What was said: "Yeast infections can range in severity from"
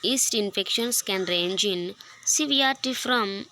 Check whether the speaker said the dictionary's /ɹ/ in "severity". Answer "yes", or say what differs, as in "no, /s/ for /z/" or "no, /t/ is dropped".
no, /ɹ/ is dropped